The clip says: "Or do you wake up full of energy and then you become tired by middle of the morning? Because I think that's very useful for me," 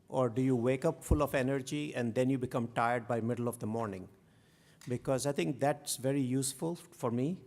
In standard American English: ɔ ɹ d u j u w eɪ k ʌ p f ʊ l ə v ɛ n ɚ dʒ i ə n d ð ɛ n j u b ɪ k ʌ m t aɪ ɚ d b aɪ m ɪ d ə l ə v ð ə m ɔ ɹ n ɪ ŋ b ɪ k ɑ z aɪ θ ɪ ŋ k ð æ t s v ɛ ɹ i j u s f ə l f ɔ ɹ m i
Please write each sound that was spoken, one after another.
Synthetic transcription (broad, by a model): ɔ ɹ d u j u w eɪ k ʌ p f ʊ l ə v ɛ n ɚ dʒ i ə n d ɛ n j u b ɪ k ʌ m t aɪ ɚ d b aɪ m ɪ d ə l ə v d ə m ɔ ɹ n ɪ ŋ b ɪ k ɑ z aɪ t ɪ ŋ k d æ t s v ɛ ɹ i j u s f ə l f ɔ ɹ m i